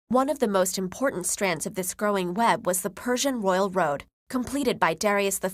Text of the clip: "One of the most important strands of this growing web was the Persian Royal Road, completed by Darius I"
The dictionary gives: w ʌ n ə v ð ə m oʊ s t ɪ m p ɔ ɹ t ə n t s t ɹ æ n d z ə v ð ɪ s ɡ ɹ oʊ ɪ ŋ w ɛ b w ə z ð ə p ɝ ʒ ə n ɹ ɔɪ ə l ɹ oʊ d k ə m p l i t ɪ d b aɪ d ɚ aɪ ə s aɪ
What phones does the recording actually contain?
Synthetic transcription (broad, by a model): w ʌ n ə v ð ə m oʊ s t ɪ m p ɔ ɹ t n t s t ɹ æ n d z ə v ð ɪ s ɡ ɹ oʊ ɪ ŋ w ɛ b w ə z ð ə p ɝ ʒ ə n ɹ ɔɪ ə l ɹ oʊ d k ə m p l i t ɪ d b aɪ d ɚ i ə s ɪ